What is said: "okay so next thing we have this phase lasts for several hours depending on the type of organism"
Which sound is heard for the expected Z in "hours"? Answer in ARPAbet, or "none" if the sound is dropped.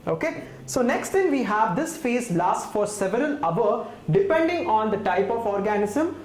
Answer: none